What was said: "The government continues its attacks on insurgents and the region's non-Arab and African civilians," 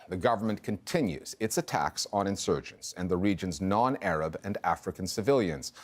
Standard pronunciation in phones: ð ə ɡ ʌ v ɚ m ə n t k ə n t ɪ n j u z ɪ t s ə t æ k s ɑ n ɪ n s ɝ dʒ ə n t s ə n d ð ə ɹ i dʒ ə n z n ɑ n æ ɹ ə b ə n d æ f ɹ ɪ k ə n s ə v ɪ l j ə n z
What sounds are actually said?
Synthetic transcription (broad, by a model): ð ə ɡ ʌ v ɚ m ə n k ə n t ɪ n j u z ɪ t s ə t æ k s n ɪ n s ɝ dʒ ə n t s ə n ð ə ɹ i dʒ ə n z n ɑ n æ ɹ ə b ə n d æ f ɹ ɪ k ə n s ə v ɪ l j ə n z